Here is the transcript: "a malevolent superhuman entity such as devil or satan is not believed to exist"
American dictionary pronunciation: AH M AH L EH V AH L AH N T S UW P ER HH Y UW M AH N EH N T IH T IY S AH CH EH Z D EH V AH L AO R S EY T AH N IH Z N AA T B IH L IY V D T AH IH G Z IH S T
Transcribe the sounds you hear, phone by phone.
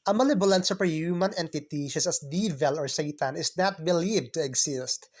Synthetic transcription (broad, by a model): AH M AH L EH B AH L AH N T S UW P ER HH Y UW M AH N EH N T IH T IY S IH S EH S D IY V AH L AO R S EY T AH N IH S N AA T B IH L IY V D T AH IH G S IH S T